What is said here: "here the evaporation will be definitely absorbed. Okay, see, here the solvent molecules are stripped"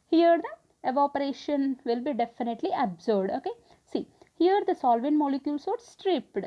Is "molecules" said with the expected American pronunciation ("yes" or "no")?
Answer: no